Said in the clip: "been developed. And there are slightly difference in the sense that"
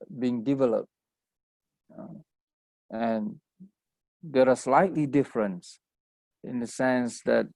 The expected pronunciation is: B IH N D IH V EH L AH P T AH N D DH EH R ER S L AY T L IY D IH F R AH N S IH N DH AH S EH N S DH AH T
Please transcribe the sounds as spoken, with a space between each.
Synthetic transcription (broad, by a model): B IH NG D IH V EH L AH P T AH N D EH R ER S L AY T L IY D IH F R AH N S IH N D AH S EH N S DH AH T